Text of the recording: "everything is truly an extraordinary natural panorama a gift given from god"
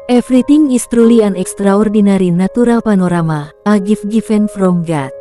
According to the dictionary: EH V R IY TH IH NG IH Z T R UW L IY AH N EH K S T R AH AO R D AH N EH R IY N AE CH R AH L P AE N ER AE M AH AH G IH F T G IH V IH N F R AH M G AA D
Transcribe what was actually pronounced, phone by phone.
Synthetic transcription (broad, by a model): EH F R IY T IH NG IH S T R UW L IY AH N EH K S T R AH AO R D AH N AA R IY N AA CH R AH L P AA N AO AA M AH AH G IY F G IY F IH N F R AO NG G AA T